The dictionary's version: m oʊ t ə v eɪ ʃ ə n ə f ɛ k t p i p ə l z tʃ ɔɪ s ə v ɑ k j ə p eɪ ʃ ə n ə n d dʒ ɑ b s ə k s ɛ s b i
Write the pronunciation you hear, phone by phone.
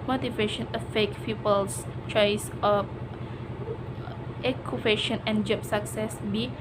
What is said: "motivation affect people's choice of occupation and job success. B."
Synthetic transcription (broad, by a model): m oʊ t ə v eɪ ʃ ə n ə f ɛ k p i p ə l s tʃ ɔɪ s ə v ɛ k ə f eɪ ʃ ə n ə n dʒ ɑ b s ə k s ɛ s b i